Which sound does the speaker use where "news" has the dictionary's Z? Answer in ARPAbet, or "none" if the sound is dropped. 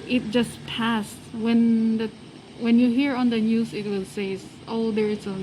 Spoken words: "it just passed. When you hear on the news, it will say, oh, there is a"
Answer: S